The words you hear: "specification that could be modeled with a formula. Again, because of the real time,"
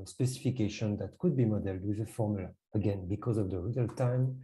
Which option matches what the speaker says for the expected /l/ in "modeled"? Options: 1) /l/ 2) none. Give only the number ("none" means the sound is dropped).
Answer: 1